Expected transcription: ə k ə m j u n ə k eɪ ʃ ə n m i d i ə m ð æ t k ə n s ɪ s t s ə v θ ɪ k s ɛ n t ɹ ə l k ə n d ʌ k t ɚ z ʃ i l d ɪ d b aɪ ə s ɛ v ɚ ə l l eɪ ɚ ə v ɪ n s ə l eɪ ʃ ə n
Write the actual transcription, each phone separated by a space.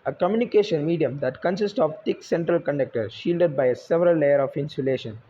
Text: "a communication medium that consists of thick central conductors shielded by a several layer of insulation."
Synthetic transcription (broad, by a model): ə k ə m j u n ə k eɪ ʃ ə n m i d i ə m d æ t k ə n s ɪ s t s ə v t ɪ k s ɛ n t ɹ ə l k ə n d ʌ k t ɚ ʃ i l d ɪ d b aɪ ə s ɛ v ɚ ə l l eɪ ɚ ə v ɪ n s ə l eɪ ʃ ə n